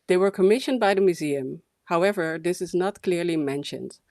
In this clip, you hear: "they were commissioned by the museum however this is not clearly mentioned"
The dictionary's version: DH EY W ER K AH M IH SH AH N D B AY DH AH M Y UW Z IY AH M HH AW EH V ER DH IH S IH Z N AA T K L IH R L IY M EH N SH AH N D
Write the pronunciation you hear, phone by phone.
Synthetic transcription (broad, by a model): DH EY W ER K AH M IH SH AH N D B AY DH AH M Y UW Z IY AH M HH AW EH V ER DH IH S IH Z N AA T K L IH R L IY M EH N SH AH N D